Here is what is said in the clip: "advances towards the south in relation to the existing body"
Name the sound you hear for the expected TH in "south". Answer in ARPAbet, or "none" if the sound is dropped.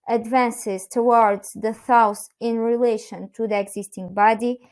S